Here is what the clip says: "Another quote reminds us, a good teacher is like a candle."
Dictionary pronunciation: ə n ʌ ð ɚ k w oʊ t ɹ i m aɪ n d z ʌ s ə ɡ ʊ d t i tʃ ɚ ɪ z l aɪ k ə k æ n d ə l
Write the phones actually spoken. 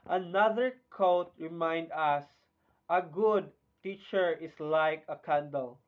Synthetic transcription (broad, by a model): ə n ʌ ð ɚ k oʊ t ɹ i m aɪ n d ʌ s ə ɡ ʊ d t i tʃ ɚ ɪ s l aɪ k ə k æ n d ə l